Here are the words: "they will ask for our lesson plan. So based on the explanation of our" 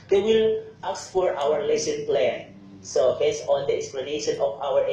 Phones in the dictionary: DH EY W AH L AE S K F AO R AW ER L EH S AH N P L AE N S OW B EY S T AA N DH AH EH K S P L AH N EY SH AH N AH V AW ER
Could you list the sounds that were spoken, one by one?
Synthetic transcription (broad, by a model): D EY W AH L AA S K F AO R AW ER L EH S AH N P L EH N S OW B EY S AA N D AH EH K S P L AH N EY SH AH N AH F AW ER